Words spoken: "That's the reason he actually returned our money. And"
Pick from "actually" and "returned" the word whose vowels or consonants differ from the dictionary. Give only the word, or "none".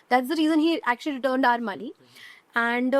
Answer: none